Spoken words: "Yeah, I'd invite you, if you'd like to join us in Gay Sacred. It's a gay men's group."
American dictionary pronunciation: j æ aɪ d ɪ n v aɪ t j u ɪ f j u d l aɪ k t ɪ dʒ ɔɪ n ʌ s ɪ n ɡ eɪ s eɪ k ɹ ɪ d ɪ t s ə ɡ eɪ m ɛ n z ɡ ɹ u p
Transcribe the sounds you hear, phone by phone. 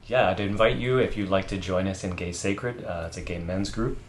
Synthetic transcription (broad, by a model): j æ aɪ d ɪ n v aɪ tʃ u ɪ f j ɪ l aɪ k t ɪ dʒ ɔɪ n ʌ s ɪ n ɡ eɪ s eɪ k ɹ ɪ d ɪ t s ə ɡ eɪ m ɛ n z ɡ ɹ u p